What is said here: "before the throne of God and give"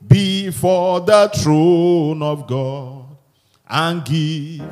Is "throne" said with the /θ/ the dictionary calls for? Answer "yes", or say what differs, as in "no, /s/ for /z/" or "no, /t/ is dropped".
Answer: no, /t/ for /θ/